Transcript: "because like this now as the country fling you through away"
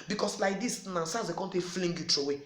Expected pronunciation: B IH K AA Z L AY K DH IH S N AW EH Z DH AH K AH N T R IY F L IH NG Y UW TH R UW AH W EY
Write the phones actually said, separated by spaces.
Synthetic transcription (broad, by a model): B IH K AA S L AY K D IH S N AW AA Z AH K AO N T IY F L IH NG Y UW T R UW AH W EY